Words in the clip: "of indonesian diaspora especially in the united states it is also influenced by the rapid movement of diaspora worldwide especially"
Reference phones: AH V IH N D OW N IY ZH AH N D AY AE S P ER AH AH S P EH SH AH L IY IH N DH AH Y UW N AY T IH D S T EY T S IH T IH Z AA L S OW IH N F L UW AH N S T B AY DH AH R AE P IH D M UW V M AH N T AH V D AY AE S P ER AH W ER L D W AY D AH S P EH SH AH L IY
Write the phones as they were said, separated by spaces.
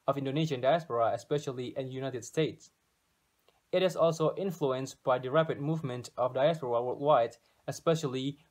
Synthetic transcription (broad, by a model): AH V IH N D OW N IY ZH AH N D AY AE S P ER AH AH S P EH SH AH L IY IH N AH Y UW N AY T IH D S T EY T S IH T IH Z AA L S OW IH N F L UW AH N S T B AY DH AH R AE P IH D M UW V M AH N T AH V D AY AE S P ER AH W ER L W AY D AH S P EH SH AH L IY